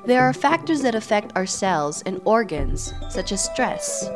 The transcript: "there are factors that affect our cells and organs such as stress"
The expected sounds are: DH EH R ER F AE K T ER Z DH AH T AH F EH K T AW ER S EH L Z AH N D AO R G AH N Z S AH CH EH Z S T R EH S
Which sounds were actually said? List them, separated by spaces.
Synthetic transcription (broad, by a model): DH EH R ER F AE K T ER Z DH AH T AH F EH K T AW ER S EH L Z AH N AO R G AH N Z S AH CH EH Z S T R EH S